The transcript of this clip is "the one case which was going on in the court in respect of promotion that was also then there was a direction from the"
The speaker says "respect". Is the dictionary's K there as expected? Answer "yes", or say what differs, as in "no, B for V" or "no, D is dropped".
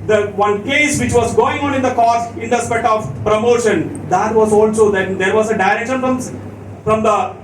no, K is dropped